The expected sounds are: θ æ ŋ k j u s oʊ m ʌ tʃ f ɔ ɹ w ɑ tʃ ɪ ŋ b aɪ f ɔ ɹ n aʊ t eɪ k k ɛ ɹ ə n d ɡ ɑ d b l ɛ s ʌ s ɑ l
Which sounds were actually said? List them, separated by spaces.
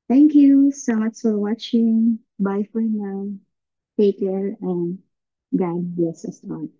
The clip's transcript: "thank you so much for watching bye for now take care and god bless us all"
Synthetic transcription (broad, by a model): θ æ ŋ k j u s oʊ m ʌ tʃ f ɔ ɹ w ɑ tʃ ɪ ŋ b aɪ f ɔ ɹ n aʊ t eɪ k k ɛ ɹ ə n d ɡ ɑ d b ɛ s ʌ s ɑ